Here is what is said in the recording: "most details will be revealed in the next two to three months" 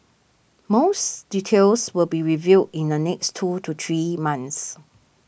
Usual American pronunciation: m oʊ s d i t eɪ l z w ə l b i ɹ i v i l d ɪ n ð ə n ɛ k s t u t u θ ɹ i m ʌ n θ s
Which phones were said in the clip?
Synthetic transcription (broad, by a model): m oʊ s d i t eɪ l s w ə l b i ɹ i v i d ɪ n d ə n ɛ k s t u t u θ ɹ i m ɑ n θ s